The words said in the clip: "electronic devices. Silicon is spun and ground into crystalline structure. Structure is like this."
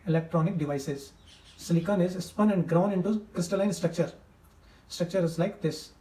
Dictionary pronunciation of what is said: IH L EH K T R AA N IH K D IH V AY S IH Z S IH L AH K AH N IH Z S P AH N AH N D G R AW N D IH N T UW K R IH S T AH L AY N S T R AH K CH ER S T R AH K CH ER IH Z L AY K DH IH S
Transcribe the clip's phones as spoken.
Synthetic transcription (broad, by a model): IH L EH K T R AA N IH K D IH V AY S IH Z S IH L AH K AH N IH Z S P AH N AH N D G R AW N IH N T UW K R IH S T AH L AY N S T R AH K CH ER S T R AH K CH ER IH Z L AY K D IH S